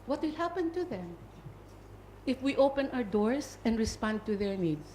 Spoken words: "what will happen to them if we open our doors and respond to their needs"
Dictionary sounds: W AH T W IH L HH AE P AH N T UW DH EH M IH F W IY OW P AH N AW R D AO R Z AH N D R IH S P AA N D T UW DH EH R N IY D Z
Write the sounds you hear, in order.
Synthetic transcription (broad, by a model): W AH T W IH L HH AE P AH N T UW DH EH M IH F W IY OW P AH N AW R D AO R S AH N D R IH S P AA N D T UW DH EH R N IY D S